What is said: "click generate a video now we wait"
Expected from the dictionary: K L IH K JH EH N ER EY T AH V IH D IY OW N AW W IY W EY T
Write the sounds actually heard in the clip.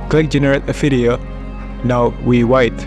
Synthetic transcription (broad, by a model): K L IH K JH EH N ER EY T AH F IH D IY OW N AW W IY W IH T